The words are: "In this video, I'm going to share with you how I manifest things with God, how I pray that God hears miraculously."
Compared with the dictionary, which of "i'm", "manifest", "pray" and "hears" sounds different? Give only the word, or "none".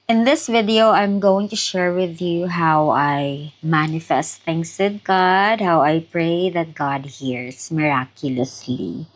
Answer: hears